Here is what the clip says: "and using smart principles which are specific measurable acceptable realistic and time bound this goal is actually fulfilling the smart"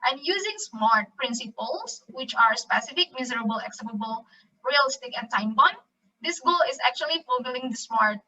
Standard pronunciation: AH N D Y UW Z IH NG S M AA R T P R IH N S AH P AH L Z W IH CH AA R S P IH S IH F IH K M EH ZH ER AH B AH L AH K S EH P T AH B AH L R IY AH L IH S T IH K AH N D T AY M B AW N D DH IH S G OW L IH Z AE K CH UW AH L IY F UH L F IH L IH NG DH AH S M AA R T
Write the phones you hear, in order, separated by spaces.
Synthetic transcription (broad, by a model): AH N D Y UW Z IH NG S M AA R T P R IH N S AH P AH L S W IH CH AA R S P IH S IH F IH K M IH Z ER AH B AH L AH K S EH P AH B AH L R IY AH L IH S T IH K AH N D T AY M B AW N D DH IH S G OW L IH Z AE K CH UW AH L IY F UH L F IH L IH NG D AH S M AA R T